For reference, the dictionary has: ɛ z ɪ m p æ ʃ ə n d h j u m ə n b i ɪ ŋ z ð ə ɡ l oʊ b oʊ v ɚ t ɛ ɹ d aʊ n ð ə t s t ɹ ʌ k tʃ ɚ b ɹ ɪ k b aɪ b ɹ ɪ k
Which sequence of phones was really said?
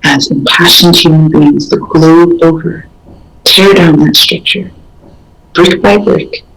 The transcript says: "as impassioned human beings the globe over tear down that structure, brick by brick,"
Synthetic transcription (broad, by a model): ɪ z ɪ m p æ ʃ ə n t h j u m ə n b i ɪ ŋ z ð ə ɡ l oʊ oʊ v ɚ t ɛ ɹ d aʊ n ð ə t s t ɹ ʌ k tʃ ɚ b ɹ ɪ k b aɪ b ɹ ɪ k